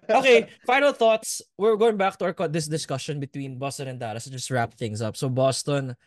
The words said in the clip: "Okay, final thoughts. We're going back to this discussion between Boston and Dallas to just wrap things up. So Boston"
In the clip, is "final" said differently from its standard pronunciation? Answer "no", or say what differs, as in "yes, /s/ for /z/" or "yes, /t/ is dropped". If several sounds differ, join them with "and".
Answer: no